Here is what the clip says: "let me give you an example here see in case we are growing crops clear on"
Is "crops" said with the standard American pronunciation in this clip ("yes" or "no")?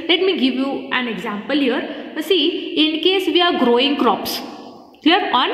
yes